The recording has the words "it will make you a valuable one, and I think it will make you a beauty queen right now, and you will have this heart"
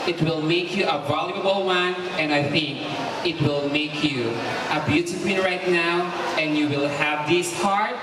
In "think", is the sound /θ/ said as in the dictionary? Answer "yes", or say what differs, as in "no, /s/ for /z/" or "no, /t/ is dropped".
yes